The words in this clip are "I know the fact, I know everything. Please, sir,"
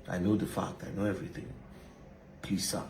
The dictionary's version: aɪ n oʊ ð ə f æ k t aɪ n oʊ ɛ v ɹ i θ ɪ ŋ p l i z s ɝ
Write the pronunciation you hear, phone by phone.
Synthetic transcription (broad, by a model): aɪ n oʊ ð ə f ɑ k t aɪ n oʊ ɛ v ɹ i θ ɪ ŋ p i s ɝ